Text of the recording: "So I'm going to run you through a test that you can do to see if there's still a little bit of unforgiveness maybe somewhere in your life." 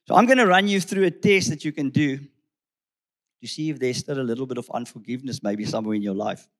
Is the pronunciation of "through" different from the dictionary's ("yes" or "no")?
no